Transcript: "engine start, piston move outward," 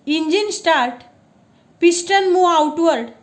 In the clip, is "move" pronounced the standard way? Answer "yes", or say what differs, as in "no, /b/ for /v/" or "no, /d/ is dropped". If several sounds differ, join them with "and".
no, /v/ is dropped